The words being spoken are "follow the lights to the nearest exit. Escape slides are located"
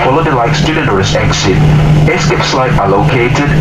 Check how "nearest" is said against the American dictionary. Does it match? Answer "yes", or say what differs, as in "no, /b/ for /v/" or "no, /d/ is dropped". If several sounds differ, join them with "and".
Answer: no, /t/ is dropped